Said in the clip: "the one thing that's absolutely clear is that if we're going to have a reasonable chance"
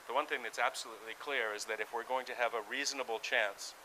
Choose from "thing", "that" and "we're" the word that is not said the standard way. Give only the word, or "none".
none